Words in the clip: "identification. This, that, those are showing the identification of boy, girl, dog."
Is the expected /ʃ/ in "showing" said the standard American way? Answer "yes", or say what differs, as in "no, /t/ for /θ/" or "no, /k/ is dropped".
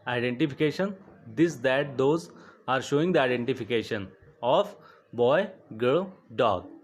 yes